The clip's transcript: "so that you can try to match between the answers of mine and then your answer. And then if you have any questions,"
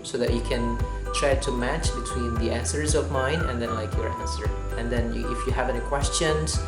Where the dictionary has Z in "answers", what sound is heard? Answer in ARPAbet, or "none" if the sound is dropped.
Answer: Z